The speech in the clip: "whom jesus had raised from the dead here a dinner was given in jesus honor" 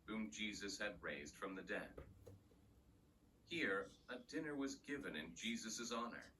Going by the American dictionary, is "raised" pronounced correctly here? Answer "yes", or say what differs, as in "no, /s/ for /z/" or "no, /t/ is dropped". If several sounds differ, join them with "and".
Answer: yes